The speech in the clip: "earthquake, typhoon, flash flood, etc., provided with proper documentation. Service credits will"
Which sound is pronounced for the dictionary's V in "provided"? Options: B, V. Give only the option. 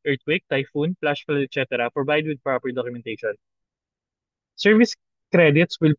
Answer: B